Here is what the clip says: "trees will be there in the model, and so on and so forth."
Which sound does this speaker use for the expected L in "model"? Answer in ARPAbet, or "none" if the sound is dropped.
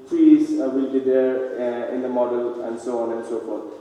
L